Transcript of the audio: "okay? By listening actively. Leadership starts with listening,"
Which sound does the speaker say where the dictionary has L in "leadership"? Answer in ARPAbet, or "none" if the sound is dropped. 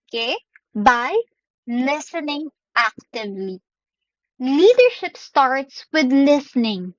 L